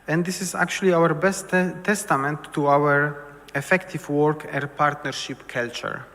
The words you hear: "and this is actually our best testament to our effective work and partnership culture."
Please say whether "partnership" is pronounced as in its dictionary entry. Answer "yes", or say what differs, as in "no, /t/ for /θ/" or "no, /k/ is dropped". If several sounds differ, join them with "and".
yes